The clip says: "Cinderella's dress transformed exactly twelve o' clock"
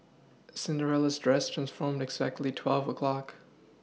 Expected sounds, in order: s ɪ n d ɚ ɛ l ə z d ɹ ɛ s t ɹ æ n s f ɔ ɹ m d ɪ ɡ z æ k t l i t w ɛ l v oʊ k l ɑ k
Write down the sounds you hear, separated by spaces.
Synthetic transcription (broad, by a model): s ɪ n d ɚ ɛ l ə z d ɹ ɛ s t ɹ æ n s f ɔ ɹ m d ɪ ɡ z æ k t l i t w ɛ l v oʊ k l ɑ k